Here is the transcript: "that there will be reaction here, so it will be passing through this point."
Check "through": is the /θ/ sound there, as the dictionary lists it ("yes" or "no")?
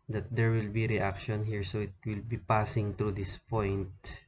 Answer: no